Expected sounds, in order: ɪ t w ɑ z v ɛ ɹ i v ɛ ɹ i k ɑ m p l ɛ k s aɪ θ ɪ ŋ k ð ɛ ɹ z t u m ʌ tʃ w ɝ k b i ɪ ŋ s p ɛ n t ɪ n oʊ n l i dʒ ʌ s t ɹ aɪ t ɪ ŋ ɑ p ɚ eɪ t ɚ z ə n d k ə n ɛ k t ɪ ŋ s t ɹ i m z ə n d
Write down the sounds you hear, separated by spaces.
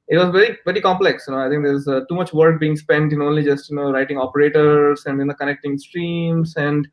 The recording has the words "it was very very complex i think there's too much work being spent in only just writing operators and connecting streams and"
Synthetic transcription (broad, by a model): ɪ t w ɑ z v ɛ ɹ i v ɛ ɹ i k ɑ m p l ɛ k s aɪ t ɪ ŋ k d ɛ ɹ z t u m ʌ tʃ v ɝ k b i ɪ ŋ s p ɛ n t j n oʊ n l i dʒ ʌ s t ɹ aɪ t ɪ ŋ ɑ p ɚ eɪ t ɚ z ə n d k ə n ɛ k t ɪ ŋ s t ɹ i m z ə n d